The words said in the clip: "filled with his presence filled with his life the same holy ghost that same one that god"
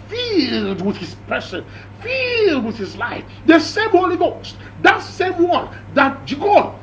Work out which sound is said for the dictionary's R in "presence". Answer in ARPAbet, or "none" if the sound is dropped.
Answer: none